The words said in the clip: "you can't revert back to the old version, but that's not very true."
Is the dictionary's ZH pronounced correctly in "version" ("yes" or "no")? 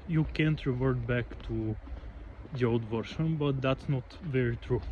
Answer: no